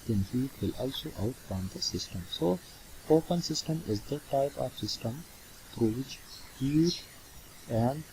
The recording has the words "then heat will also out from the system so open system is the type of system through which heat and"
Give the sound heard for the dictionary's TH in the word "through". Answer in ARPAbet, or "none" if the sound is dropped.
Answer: T